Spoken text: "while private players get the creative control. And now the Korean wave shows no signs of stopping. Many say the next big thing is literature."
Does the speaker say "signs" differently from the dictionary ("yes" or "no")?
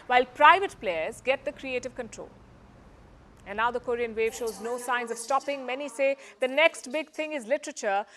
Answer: no